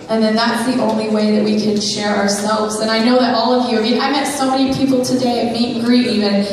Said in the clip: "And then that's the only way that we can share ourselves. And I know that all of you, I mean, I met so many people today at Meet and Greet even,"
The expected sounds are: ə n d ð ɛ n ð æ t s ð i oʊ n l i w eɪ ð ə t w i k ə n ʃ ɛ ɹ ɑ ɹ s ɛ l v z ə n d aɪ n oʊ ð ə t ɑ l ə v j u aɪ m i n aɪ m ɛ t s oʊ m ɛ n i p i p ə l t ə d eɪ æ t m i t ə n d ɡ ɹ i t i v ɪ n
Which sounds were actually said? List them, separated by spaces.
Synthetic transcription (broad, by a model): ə n ð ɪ n ð æ t s ð i oʊ n l i w eɪ ð ə t w i k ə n ʃ ɛ ɹ ɑ ɹ s ɛ l v z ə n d aɪ n oʊ ð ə t ɑ l ə v j u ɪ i aɪ m ɛ t s oʊ m ɛ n i p i p l t ə d eɪ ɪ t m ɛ ə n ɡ ɹ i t i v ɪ n